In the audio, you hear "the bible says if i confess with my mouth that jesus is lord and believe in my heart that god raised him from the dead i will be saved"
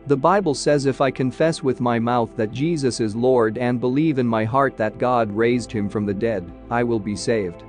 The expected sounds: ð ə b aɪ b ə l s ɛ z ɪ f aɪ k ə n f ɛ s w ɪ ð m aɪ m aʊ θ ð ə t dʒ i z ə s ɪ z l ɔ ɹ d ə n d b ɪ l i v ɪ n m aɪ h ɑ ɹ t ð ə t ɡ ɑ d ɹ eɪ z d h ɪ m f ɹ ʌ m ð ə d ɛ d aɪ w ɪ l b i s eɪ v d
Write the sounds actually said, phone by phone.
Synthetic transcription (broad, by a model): ð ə b aɪ b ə l s ɛ z ɪ f aɪ k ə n f ɛ s w ɪ ð m aɪ m aʊ θ ð ə t dʒ i z ə s ɪ z l ɔ ɹ d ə n b ɪ l i v ɪ n m aɪ h ɑ ɹ t ð ə t ɡ ɑ d ɹ eɪ z d h ɪ m f ɹ ʌ m ð ə d ɛ d aɪ w ɪ l b i s eɪ v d